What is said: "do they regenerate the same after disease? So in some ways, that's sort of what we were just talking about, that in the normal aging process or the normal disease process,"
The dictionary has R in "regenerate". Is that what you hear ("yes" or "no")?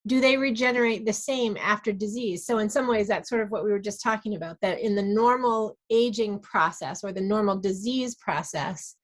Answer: yes